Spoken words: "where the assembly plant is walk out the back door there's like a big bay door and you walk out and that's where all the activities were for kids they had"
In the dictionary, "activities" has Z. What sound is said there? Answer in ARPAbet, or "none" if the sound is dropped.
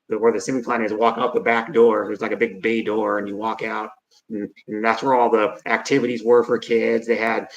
Z